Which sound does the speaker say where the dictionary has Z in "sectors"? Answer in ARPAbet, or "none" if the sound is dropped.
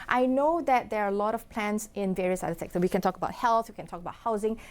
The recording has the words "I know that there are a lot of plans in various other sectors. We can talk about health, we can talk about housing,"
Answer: none